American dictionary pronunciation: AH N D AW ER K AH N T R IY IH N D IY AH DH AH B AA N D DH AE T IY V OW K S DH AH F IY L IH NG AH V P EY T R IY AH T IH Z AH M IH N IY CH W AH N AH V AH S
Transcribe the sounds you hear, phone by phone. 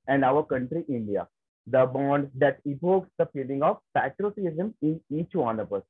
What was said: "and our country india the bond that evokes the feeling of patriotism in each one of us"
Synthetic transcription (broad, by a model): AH N D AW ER K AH N T R IY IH N D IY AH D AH B AA N D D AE T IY P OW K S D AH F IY L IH NG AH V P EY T R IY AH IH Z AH M IH N IY CH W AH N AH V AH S